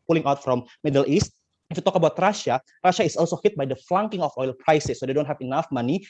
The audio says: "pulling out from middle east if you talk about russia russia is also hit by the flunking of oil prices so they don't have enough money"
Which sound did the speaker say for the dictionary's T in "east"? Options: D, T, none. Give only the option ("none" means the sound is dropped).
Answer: T